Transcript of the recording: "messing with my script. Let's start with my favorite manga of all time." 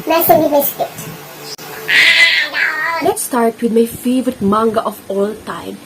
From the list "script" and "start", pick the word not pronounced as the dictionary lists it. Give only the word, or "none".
script